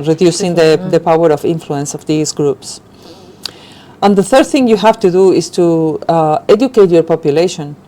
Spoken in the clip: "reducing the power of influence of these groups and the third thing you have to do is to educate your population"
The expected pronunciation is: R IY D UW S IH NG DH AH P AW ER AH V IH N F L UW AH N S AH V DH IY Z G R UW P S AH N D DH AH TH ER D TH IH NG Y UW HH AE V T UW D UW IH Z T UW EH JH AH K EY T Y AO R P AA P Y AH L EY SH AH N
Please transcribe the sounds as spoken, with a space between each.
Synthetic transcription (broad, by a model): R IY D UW S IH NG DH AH P AW ER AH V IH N F L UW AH N S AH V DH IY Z G R UW P S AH N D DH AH TH ER D TH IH NG Y UW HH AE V T UW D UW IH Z T UW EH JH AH K EY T Y AO R P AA P Y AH L EY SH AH N